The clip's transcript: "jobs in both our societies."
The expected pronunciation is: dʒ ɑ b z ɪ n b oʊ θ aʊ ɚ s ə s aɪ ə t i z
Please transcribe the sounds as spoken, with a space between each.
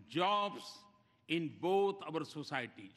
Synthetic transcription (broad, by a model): dʒ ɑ b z ɪ n b oʊ t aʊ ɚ s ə s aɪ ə t i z